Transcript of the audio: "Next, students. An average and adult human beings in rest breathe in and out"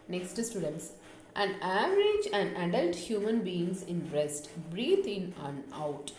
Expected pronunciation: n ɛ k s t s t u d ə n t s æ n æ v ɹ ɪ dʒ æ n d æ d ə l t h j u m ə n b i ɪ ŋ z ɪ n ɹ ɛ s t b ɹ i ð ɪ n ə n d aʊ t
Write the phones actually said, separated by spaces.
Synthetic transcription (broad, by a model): n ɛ k s t s t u d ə n t s æ n æ v ɹ ɪ dʒ æ n d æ d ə l t h j u m ə n b i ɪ ŋ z ɪ n ɹ ɛ s t b ɹ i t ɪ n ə n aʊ t